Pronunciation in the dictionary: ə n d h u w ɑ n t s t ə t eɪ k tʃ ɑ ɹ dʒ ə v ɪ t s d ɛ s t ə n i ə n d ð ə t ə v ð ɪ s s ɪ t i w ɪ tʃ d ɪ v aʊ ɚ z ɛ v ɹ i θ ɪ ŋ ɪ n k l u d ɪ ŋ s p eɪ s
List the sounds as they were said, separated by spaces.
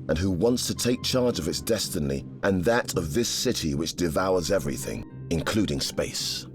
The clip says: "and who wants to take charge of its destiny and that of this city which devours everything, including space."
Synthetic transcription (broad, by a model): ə n h u w ɑ n t s t ə t eɪ k tʃ ɑ ɹ dʒ ə v ɪ t s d ɛ s t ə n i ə n ð ə t ə v ð ɪ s s ɪ t i w ɪ tʃ d ɪ v aʊ ɚ z ɛ v ɹ i θ ɪ ŋ ɪ n k l u d ɪ ŋ s p eɪ s